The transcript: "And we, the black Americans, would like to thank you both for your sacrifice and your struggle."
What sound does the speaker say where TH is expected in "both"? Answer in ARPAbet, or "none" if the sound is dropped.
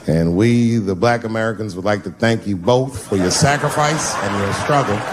TH